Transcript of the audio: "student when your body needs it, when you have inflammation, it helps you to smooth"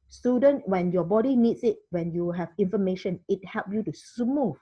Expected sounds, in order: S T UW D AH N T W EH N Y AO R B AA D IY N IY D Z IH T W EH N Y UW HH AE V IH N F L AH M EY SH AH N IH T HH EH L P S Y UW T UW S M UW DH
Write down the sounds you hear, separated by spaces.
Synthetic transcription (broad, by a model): S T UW D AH N W EH N Y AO B AA D IY N IY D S IH T W EH N Y UW HH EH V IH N F AH M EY SH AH N IH T HH EH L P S Y UW T UW S M UW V